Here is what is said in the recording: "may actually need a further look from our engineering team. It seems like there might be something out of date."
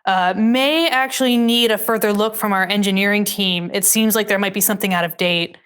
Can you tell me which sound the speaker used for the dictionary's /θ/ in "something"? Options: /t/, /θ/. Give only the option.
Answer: /θ/